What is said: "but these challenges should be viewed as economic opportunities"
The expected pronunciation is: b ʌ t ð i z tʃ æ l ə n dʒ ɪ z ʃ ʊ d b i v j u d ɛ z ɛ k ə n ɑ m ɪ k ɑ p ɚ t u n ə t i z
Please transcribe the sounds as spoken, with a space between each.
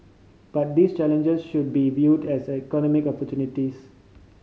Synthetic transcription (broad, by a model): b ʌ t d i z tʃ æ l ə n dʒ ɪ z ʃ ʊ d b i v j u d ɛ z ɛ k ə n ɑ m ɪ k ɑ p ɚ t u n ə t i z